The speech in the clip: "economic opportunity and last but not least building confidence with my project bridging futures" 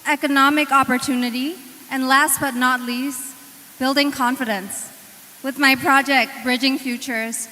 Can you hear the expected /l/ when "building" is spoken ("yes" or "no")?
yes